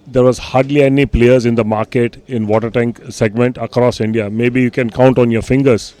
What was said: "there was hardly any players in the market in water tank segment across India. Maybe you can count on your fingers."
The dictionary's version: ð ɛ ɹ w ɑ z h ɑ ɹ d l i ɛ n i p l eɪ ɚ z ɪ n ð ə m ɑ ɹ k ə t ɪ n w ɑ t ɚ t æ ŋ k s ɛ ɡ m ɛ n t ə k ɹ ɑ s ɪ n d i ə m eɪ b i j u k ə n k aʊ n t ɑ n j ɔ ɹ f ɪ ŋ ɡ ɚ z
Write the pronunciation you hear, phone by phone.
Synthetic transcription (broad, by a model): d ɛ ɹ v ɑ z h ɑ ɹ d l i ɛ n i p l eɪ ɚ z ɪ n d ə m ɑ ɹ k ə t ɪ n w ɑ t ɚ t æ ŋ k s ɛ ɡ m ɛ n t ə k ɹ ɑ s ɪ n d i ə m eɪ b i j u k ə n k aʊ n t ɑ n j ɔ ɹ f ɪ ŋ ɡ ɚ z